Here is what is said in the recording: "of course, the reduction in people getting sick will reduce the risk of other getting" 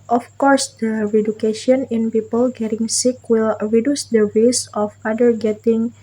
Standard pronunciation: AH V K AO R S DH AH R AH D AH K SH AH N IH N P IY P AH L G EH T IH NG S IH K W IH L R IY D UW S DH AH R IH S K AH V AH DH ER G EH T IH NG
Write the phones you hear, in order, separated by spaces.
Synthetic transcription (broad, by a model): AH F K AO R S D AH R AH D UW K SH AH N IH N P IY P AH L G EH T IH NG S IH K W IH L R IY D UW S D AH W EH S AH F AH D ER G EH T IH NG